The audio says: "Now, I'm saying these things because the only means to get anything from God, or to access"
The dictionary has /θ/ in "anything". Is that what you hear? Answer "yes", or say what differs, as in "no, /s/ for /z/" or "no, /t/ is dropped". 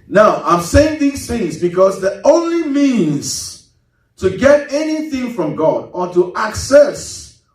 yes